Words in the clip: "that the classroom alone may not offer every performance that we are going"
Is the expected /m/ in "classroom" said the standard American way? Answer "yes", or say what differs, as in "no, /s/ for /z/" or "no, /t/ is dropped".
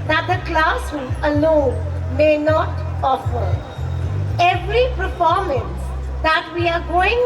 no, /m/ is dropped